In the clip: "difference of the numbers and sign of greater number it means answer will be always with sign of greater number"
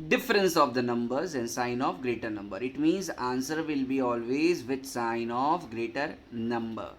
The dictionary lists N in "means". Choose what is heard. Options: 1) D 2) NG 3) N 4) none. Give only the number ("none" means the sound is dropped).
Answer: 3